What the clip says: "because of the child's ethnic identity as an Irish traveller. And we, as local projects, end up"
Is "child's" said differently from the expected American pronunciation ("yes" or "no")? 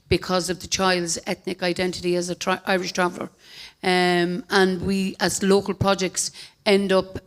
no